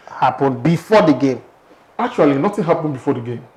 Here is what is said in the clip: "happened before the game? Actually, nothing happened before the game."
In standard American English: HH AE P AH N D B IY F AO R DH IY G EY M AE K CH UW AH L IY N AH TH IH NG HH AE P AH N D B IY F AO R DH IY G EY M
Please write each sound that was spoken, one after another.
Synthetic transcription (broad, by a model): HH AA P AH N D B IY F AO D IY G EY M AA K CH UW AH L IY N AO T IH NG HH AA P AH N B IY F AO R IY G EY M